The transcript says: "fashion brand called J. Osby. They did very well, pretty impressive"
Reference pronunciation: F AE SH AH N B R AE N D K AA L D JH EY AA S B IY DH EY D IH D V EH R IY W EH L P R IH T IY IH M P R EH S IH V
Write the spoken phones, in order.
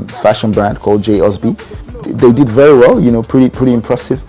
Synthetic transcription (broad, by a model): F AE SH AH N B R AE N D K AA L D JH EY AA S B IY DH EY D IH D V EH R IY W EH L P R IH T IY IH M P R EH S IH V